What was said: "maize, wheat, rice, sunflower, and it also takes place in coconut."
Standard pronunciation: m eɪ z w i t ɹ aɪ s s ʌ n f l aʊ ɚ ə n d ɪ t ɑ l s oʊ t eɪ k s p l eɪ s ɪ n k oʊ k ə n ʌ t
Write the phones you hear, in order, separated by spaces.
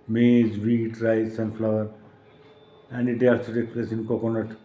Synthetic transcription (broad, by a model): m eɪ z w i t ɹ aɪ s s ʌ n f l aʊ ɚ ə n d ɪ t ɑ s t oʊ t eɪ k p l eɪ s ɪ n k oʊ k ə n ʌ t